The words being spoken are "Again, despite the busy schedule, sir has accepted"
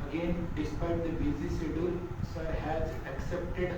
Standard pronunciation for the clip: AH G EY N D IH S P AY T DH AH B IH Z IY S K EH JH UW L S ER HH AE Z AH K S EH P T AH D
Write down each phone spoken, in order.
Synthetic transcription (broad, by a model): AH G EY N D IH S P AY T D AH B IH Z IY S EH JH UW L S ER HH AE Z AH K S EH P T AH D